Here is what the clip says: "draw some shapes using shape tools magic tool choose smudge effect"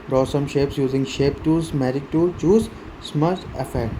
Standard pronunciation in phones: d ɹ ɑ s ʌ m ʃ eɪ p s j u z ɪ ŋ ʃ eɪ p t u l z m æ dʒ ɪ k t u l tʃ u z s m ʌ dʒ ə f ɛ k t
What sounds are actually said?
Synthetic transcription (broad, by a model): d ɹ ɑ s ʌ m ʃ eɪ p s j u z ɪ ŋ ʃ eɪ p t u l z m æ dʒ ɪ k t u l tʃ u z s m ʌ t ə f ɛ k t